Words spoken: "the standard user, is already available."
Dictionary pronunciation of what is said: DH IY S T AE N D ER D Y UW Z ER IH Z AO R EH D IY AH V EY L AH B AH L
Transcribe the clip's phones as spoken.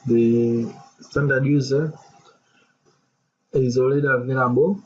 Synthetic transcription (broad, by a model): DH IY S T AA N D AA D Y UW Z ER IH Z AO L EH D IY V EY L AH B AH